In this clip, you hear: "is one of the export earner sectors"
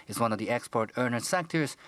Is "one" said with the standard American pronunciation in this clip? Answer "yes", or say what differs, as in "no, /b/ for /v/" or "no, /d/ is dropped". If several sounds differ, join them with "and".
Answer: yes